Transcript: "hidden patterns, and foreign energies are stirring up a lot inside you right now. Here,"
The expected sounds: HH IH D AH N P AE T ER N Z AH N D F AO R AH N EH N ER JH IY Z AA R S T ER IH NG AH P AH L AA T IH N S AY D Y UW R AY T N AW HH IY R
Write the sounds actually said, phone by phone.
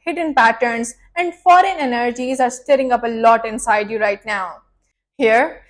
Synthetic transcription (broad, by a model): HH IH D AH N P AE T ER N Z AH N D F AO R AH N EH N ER JH IY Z AA R S T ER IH NG AH P AH L AA T IH N S AY D Y UW R AY T N AW HH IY R